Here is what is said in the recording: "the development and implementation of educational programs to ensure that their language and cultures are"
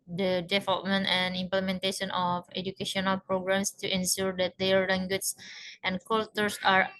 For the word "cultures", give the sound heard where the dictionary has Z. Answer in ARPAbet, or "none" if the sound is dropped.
S